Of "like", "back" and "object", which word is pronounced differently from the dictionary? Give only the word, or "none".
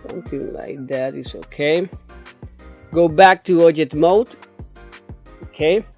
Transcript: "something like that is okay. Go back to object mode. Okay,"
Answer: object